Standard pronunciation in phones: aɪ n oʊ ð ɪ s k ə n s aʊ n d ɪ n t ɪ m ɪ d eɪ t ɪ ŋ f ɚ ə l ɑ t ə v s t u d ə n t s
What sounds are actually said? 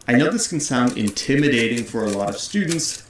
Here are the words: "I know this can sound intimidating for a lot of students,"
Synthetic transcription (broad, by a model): aɪ n oʊ ð ɪ s k n s aʊ n d ɪ n t ɪ m ɪ d eɪ t ɪ ŋ f ɚ ə l ɑ t ə v s t u d n t s